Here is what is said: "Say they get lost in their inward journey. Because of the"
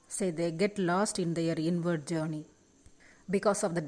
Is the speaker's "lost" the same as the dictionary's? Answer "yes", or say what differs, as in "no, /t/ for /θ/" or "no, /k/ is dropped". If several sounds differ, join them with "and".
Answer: yes